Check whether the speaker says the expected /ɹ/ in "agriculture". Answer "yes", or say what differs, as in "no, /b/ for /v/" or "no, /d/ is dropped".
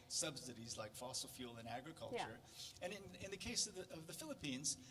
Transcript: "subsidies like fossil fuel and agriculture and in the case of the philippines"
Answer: yes